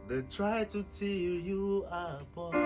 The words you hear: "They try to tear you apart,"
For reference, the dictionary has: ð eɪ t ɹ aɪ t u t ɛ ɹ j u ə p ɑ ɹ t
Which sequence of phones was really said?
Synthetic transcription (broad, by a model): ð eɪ t ɹ aɪ t u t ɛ l j u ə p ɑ